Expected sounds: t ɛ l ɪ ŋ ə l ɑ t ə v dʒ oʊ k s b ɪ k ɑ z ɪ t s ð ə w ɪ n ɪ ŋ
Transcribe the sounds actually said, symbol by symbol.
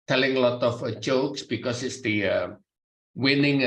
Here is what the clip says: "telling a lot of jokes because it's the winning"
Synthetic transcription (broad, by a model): t ɛ l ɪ ŋ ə l ɑ t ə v dʒ oʊ k s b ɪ k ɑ s ɪ t s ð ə w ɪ n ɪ ŋ